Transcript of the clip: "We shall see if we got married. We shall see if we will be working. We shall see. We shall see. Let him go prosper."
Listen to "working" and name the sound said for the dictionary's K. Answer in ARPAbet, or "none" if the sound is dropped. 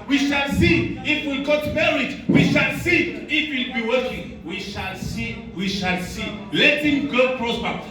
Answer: none